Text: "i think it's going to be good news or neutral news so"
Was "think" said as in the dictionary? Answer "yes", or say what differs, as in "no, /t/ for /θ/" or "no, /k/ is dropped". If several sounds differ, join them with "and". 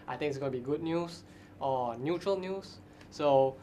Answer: no, /t/ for /θ/